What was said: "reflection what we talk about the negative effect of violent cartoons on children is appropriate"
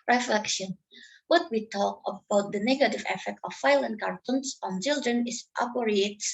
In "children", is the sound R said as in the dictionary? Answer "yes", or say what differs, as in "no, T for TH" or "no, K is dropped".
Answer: yes